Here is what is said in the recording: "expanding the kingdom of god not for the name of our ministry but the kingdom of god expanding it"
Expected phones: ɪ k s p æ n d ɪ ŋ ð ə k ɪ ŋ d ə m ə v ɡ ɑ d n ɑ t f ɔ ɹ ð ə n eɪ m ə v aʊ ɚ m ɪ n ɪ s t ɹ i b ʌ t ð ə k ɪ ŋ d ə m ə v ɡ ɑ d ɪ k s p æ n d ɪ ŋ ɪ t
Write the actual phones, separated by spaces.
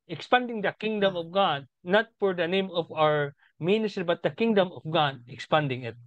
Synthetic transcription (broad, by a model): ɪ k s p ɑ n d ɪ ŋ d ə k ɪ ŋ d ə m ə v ɡ ɑ d n ɑ t f ɔ ɹ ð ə n eɪ m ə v aʊ ɚ m ɪ n ɪ s t ɹ i b ʌ t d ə k ɪ ŋ d ə m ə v ɡ ɑ d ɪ k s p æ n d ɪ ŋ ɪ t